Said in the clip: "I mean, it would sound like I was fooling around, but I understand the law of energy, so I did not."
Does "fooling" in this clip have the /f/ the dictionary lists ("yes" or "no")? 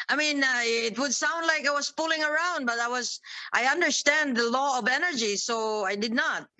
no